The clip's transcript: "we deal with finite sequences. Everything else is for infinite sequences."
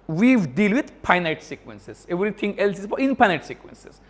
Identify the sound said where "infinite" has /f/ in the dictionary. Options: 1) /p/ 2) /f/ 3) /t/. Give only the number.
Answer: 1